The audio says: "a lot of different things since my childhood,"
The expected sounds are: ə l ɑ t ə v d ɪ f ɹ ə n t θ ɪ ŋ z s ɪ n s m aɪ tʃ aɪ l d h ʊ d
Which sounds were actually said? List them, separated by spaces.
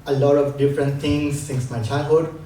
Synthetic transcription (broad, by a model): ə l ɑ t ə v d ɪ f ɹ ə n t t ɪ ŋ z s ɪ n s m aɪ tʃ aɪ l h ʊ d